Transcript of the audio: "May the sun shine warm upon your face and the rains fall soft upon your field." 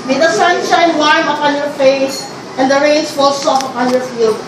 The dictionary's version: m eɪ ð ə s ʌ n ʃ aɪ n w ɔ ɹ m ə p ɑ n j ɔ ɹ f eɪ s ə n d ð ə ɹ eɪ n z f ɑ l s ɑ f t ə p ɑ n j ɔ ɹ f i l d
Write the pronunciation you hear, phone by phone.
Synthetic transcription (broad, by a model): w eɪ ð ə s ʌ n ʃ aɪ n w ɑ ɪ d ə p ɑ n j ɔ ɹ f eɪ s ə n d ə ɹ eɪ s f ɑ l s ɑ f ə p ɑ n j ɔ ɹ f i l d